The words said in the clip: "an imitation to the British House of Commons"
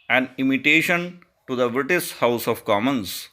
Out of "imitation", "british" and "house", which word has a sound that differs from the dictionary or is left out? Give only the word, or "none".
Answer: british